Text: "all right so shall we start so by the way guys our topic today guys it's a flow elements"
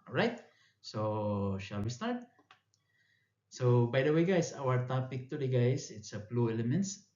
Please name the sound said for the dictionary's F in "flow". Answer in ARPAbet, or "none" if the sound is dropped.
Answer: P